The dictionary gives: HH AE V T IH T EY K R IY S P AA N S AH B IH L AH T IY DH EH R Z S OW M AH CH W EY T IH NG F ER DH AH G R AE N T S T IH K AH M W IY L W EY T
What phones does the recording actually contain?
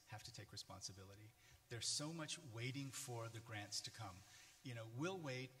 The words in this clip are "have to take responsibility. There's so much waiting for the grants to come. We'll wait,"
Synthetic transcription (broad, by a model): HH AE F T IH T EY K R IY S P AA N S AH B IH L AH T IY DH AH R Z S OW M AH CH W EY T IH NG F ER DH AH G R AE N T S T IH K AH M W IY L W EY T